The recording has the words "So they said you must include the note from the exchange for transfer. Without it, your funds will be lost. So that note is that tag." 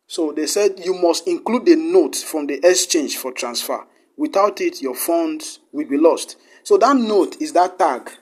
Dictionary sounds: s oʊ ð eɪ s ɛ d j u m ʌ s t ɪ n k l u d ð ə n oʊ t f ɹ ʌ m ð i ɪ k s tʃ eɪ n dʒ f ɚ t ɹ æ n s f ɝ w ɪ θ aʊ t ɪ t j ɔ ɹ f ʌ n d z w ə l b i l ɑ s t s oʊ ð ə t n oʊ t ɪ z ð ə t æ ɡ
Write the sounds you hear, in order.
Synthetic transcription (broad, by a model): s oʊ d eɪ s ɛ d j u m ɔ s t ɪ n k l u d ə n oʊ t f ɹ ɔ m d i ɪ k s tʃ eɪ n dʒ f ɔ t ɹ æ n s f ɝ w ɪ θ aʊ t ɪ t j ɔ f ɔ n d w ə l b i l ɑ s t s oʊ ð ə t n oʊ t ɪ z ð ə t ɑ ɡ